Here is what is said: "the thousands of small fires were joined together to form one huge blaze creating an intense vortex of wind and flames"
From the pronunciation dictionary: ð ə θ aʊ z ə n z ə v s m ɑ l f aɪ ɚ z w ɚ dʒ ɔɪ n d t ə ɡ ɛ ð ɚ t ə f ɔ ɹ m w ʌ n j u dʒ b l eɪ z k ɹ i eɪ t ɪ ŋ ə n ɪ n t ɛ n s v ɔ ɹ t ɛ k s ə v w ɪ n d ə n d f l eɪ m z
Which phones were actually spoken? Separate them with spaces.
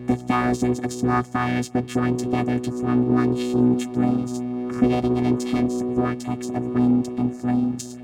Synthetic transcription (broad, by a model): ð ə θ aʊ z ə n z ə v s m ɑ l f aɪ ɚ z w ɚ dʒ ɔɪ n t ə ɡ ɛ ð ɚ t ə f ɔ ɹ m w ʌ n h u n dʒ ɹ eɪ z k ɹ i eɪ t ɪ ŋ ə n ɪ n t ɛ n s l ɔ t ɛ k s ə v w ɪ n d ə n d f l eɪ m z